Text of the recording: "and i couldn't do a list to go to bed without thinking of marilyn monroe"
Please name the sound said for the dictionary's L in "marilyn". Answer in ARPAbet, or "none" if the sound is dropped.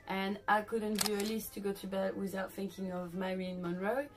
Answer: none